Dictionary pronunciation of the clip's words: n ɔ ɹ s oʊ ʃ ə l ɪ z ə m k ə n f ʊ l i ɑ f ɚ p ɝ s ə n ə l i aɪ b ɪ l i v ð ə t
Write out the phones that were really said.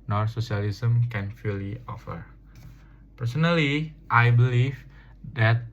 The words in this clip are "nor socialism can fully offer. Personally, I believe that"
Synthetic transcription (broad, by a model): n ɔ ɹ s oʊ s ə l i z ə m k ə n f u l i ɑ f ɚ p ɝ s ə n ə l i aɪ b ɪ l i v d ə t